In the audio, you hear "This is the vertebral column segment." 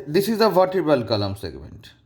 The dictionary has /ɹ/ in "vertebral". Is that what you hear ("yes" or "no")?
no